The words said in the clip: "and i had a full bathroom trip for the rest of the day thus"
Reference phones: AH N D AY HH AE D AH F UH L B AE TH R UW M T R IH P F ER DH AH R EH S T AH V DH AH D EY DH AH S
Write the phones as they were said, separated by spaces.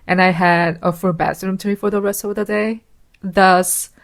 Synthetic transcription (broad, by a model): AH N AY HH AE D AH F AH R B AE S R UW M T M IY F ER DH AH R EH S T AH V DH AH D EY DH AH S